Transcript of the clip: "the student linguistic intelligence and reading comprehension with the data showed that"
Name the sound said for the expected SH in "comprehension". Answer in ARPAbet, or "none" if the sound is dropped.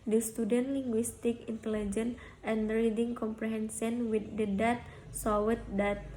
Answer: S